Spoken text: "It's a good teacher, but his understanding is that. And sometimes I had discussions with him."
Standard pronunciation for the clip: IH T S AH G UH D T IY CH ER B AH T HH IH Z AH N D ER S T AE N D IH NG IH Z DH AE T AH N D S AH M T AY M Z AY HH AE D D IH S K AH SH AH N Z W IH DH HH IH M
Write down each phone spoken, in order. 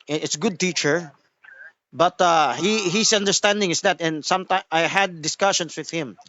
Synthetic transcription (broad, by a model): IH T S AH G UH D T IY CH ER B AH T HH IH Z AH N D ER S T AE N D IH NG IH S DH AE T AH N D S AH M T AY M AY HH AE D D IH S K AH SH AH N S W IH DH HH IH M